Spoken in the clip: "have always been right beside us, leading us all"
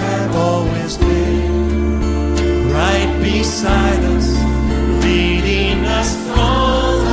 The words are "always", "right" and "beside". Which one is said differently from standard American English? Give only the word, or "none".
none